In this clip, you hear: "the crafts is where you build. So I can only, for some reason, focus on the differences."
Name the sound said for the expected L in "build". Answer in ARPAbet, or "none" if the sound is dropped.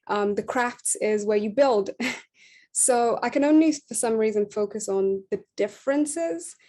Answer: L